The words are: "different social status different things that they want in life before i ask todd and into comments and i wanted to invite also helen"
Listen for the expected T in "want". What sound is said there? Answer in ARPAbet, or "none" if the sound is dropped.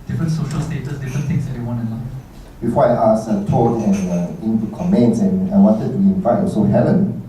none